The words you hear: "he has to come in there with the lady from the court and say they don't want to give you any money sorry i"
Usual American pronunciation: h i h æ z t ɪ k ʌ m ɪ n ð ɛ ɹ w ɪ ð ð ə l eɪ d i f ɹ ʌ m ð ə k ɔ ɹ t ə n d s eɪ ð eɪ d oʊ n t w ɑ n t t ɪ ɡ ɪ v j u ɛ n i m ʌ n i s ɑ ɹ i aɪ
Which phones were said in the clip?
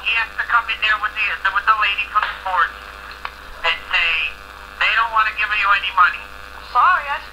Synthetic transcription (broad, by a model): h i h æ s t ɪ k ʌ m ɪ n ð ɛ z w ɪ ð ð ə l eɪ d i f ɹ ʌ m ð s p ɔ ɹ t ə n s eɪ ð eɪ d oʊ n t w ɑ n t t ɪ ɡ ɪ v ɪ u ɛ n i m ʌ n i s ɑ ɹ i aɪ